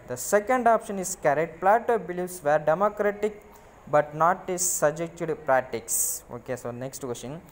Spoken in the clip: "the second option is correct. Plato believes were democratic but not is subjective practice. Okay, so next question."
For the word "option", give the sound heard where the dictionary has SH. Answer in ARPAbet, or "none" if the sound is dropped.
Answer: SH